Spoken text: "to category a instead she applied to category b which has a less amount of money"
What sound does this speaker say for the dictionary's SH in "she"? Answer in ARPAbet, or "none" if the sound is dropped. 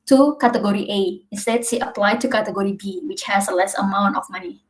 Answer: S